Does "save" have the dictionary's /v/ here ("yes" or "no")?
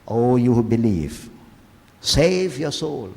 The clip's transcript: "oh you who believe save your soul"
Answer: yes